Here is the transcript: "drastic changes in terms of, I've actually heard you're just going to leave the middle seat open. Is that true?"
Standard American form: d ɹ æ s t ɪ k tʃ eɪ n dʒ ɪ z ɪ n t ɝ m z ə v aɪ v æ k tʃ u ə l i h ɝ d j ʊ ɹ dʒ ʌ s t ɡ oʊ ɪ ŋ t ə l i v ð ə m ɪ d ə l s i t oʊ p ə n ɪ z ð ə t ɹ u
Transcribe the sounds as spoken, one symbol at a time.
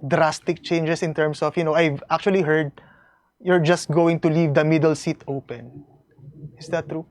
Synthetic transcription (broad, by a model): d ɹ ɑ s t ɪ k tʃ eɪ n dʒ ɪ s ɪ n t ɝ m s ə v aɪ v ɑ k tʃ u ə l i h ɝ d j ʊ ɹ dʒ ʌ s t ɡ oʊ ɪ ŋ t ə l i v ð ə m ɪ d ə l s i t oʊ p ə n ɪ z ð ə t ɹ u